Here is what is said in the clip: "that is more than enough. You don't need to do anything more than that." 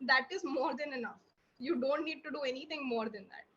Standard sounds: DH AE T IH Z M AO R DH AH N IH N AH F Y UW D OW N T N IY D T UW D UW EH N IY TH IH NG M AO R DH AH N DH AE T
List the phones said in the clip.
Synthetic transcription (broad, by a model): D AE T IH Z M AO R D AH N IH N AH F Y UW D OW N T N IY D T UW D UW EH N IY T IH NG M AO R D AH N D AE T